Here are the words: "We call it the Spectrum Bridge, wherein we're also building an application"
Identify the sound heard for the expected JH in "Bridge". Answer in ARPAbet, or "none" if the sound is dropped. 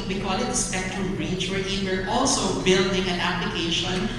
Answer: CH